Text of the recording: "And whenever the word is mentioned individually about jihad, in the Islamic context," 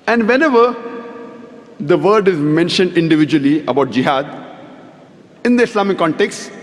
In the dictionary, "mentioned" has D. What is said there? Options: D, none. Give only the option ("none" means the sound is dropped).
D